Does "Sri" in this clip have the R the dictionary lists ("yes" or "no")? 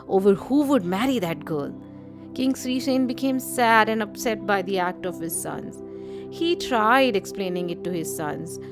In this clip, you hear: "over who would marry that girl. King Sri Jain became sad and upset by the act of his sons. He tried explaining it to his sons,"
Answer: yes